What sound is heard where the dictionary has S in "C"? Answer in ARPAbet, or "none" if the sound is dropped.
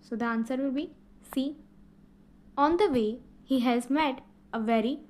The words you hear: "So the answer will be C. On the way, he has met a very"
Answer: S